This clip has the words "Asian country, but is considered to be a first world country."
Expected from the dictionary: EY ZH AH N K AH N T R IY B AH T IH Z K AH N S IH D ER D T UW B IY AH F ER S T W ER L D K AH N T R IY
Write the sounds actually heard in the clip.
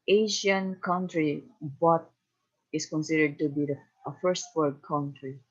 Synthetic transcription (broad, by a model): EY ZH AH N K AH N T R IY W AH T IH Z K AH N S IH D ER D T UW B IY AH F ER S T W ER D K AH N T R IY